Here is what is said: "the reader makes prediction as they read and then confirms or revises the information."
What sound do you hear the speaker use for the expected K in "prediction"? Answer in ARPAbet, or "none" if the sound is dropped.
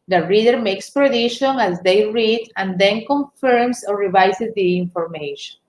none